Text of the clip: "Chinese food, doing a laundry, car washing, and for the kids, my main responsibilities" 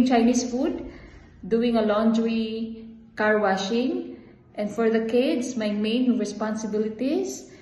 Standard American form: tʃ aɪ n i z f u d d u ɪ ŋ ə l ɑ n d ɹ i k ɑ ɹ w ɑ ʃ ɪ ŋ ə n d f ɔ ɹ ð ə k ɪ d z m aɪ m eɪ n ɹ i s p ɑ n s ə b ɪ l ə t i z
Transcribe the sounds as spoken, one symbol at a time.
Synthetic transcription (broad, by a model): tʃ aɪ n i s f u d d u ɪ ŋ ə l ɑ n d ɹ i k ɑ ɹ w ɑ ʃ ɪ ŋ ə n d f ɔ ɹ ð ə k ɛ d s m aɪ m eɪ n ɹ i s p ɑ n s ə b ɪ l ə t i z